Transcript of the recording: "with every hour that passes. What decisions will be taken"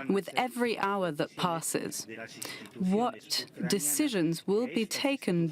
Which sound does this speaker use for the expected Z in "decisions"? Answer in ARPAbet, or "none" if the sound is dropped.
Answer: Z